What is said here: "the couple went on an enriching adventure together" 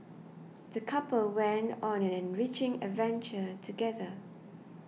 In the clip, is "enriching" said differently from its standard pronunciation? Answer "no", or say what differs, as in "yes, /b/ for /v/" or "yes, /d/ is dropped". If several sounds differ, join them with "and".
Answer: no